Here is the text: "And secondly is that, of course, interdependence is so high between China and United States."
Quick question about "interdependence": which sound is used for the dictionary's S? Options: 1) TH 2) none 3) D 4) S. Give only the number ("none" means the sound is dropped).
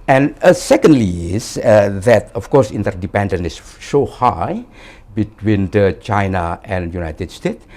2